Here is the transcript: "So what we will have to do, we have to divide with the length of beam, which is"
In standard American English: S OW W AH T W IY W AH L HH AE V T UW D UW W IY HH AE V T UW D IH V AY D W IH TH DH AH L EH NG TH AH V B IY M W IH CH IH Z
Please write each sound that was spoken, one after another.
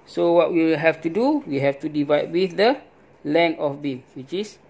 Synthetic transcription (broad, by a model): S OW W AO T W IY HH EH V T UW D UW W IY HH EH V T UW D IH V AY D W IH TH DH AH L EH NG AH F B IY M W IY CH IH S